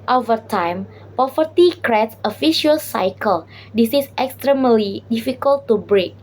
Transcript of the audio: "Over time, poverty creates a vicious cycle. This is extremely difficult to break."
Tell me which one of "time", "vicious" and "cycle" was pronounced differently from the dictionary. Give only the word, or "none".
vicious